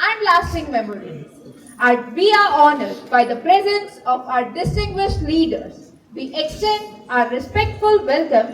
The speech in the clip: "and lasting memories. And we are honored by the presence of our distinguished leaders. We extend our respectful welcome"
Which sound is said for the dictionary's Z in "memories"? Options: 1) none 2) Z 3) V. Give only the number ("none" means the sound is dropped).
1